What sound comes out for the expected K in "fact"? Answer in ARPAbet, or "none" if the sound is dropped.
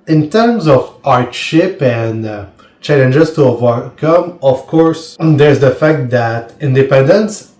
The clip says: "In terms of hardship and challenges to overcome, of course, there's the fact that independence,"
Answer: K